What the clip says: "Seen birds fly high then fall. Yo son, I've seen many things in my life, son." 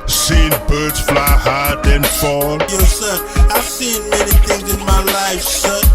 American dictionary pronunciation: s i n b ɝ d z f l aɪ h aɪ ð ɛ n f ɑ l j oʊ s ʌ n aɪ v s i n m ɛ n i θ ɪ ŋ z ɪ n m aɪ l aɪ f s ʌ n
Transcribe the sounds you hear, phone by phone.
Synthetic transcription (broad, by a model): s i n b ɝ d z f l aɪ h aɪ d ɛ n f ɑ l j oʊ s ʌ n aɪ v s i n m ɛ n i θ ɪ ŋ z ɪ n m aɪ l aɪ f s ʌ